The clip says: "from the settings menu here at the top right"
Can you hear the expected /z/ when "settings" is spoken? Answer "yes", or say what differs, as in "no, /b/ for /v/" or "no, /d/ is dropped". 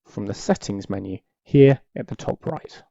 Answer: yes